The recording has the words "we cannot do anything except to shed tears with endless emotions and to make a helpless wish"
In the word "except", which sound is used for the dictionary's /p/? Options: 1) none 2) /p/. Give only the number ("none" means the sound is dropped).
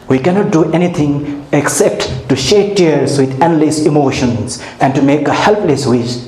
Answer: 2